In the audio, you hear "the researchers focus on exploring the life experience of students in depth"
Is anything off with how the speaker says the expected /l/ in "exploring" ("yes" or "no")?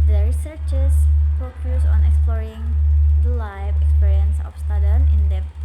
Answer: no